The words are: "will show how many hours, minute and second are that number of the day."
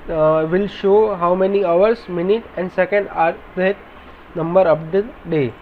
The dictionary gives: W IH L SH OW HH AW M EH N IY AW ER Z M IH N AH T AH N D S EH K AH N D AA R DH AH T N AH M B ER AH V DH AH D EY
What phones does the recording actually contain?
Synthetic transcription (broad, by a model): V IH L SH OW HH AW M EH N IY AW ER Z M IH N AH T AH N D S EH K AH N D AA R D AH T N AH M B ER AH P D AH D EY